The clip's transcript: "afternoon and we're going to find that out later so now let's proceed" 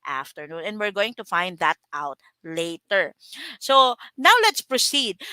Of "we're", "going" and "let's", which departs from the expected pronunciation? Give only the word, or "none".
none